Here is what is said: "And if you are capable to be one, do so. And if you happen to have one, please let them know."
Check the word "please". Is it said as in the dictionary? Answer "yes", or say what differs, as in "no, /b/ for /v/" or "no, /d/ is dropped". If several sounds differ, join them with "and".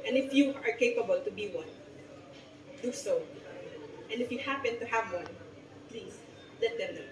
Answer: no, /s/ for /z/